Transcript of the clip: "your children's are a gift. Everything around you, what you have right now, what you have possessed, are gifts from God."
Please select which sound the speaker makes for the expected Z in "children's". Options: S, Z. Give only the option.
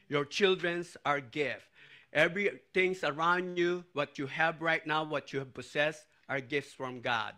S